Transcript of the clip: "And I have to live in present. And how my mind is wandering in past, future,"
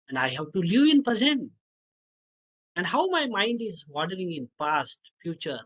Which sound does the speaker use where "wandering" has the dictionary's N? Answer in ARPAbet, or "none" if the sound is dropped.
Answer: none